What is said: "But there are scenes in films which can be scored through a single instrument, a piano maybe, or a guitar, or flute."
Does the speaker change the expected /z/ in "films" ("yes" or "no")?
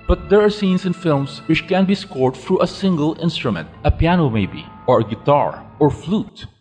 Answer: yes